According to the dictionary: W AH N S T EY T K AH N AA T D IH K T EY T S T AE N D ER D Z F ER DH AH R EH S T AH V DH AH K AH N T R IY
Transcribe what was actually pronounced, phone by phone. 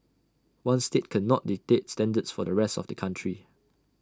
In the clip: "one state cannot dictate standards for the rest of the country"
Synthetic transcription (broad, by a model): W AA N S T EY T K AH N AA T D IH T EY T S T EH N D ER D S F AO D AH R EH S T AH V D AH K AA N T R IY